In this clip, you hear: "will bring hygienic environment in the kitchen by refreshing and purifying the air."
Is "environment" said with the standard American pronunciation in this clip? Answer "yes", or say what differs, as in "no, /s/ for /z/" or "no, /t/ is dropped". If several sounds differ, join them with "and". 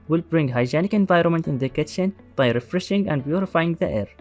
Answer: yes